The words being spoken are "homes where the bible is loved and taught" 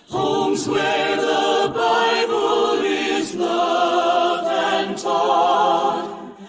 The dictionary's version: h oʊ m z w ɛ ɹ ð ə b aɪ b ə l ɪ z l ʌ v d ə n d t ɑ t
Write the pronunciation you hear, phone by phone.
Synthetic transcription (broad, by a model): h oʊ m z w ɛ ɹ ð ə b aɪ b ə l ɪ z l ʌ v ə n t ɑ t